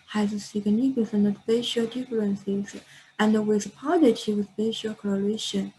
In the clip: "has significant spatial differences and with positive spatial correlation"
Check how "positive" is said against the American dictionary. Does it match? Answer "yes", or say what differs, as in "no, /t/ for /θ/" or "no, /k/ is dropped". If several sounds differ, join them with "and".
no, /w/ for /v/